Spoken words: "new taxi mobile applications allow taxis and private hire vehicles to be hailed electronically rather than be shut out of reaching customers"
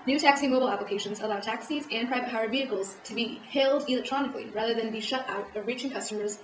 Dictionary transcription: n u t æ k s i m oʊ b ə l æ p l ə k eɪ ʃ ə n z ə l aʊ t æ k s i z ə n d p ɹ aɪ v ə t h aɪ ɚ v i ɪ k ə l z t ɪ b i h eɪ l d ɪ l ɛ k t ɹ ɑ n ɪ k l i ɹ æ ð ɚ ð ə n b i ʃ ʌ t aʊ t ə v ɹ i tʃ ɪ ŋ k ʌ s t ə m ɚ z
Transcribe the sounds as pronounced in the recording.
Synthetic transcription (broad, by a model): n u t æ k s i m oʊ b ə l æ p l ə k eɪ ʃ ə n z ə l aʊ t æ k s i z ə n p ɹ aɪ v ə t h aɪ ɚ v i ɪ k l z t ɪ b i h eɪ l d ɪ l ɛ k t ɹ ɑ n ɪ k l i ɹ æ ð ɚ ð ə n b i ʃ ʌ t aʊ t ə v ɹ i tʃ ɪ ŋ k ʌ s t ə m ɚ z